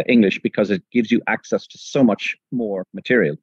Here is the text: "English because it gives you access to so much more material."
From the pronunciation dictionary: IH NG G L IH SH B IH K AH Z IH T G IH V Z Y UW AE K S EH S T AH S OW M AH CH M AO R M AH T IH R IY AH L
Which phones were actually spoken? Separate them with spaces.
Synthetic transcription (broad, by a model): IH NG G L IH SH B IH K AH Z IH T G IH V Z Y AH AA K S EH S T AH S OW M AH CH M AO R M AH T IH R IY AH L